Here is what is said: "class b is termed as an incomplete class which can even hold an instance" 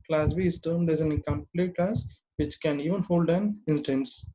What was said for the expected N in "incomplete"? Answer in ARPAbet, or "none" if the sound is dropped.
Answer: none